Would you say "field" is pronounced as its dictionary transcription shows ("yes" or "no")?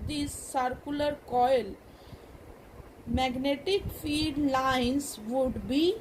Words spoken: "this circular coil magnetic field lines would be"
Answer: no